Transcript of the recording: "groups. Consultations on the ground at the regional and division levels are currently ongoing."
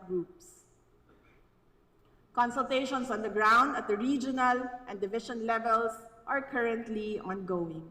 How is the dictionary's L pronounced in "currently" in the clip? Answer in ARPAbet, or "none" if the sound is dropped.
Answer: L